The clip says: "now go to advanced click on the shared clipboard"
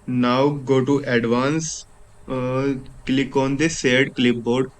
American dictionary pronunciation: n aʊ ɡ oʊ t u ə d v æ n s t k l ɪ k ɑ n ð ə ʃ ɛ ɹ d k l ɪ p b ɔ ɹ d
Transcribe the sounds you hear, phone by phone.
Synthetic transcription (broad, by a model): n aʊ ɡ oʊ t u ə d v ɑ n s k l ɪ k ɑ n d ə s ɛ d k l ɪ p b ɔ ɹ d